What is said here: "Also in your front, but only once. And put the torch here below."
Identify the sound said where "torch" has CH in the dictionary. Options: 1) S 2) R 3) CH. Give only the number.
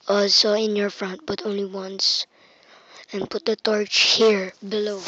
3